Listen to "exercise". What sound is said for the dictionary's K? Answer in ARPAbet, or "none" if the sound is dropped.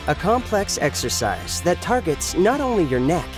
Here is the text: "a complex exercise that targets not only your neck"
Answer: K